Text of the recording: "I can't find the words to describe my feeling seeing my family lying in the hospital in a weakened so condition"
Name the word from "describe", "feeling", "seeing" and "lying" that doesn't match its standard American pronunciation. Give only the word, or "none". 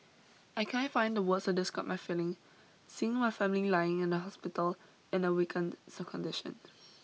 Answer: describe